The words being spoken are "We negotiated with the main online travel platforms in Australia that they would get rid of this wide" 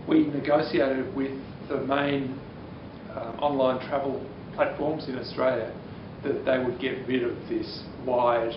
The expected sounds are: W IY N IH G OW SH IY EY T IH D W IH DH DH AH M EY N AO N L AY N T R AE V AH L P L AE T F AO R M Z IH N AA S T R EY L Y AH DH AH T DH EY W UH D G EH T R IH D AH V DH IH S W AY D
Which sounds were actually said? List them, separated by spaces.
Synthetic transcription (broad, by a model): W IY N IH G OW S IY EY T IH D W IH DH DH AH M EY N AO N L AY N T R AE V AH L P L AE T F AO R M Z IH N AA S T R EY L Y AH DH AH T DH EY W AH D G EH T R IH D AH V DH IH S W AY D